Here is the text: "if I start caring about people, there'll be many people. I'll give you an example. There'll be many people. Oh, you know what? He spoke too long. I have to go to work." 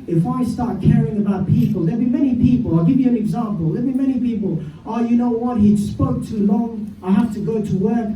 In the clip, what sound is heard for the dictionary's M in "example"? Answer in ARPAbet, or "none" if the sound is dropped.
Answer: M